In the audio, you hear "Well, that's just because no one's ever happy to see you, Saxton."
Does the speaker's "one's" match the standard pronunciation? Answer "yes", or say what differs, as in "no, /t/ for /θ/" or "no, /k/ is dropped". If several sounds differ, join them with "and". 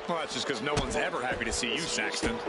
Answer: yes